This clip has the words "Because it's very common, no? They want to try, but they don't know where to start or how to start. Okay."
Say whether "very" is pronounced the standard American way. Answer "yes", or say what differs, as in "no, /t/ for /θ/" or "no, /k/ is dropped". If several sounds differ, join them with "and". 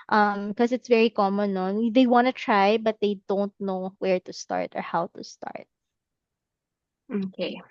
yes